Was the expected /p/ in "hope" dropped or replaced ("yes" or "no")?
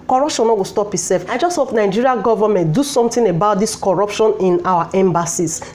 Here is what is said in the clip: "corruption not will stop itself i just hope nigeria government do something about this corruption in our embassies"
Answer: yes